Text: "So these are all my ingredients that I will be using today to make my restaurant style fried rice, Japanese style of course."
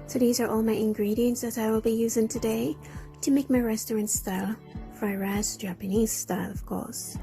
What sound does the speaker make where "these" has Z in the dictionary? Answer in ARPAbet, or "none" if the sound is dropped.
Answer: Z